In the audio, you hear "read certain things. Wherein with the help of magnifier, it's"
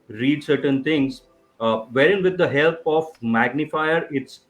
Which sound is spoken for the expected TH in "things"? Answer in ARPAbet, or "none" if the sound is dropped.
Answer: T